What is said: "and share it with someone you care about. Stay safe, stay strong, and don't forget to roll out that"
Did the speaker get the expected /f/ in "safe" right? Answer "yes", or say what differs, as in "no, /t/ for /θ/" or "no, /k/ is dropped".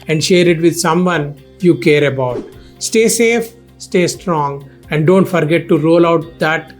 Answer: yes